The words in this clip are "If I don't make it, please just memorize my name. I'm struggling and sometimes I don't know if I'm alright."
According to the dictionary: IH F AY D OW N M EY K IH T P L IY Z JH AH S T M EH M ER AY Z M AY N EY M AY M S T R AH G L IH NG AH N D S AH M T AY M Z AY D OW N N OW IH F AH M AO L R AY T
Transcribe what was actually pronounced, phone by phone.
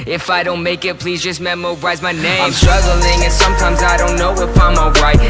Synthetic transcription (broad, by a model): IH F AY D OW N M EY K IH T P L IY Z JH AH S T M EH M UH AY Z M AY N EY AY M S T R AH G L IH NG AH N S AH M T AY M Z AY D OW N N OW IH P AH M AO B R AY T